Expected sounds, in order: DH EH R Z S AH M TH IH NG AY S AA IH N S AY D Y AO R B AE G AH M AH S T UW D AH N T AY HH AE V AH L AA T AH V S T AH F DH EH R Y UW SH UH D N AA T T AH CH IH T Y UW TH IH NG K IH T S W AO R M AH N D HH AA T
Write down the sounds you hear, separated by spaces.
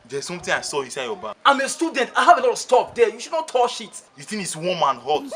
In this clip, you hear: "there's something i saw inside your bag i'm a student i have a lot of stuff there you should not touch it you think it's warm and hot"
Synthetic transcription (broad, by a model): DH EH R S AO M T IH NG AY S AA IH N S AY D Y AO B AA AH M AH S T UW D AH N T AY HH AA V AH L AA T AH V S T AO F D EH Y UW SH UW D N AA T T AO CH IH T Y UW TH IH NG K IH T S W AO M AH N HH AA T